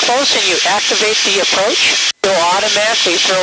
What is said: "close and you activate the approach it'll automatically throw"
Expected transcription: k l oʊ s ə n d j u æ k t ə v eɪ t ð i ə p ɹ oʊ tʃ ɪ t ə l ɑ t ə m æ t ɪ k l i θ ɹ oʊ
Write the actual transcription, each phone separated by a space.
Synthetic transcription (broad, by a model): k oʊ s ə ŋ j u æ k t ə v eɪ t ð i ə p ɹ oʊ tʃ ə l ɑ t ə m æ t ɪ k l i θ ɹ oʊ